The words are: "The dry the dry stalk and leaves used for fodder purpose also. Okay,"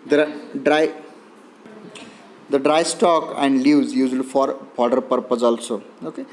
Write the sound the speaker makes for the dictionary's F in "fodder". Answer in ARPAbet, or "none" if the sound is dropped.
P